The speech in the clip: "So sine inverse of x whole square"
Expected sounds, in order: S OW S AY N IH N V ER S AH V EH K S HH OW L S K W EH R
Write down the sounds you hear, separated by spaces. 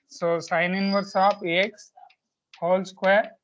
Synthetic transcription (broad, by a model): S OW S AY N IH N V ER S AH P EH K S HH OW L S K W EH R